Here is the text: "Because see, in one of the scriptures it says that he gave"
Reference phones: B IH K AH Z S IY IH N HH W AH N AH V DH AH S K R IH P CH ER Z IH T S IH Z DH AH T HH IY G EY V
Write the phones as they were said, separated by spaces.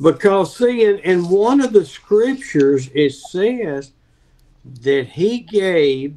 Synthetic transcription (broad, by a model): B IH K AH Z S IY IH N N W AH N AH V DH AH S K R IH P CH ER Z IH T S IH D DH AH T HH IY G EY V